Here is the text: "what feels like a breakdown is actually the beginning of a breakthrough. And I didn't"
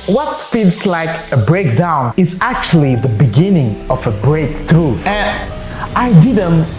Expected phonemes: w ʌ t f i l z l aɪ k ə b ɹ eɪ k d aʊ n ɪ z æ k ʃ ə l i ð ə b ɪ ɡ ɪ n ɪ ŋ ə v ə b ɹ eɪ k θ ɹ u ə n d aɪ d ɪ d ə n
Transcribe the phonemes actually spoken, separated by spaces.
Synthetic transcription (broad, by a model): w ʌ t f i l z l aɪ k ə b ɹ eɪ k d aʊ n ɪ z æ k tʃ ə l i ð ə b ɪ ɡ ɪ n ɪ ŋ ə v ə b ɹ eɪ k θ ɹ u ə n aɪ d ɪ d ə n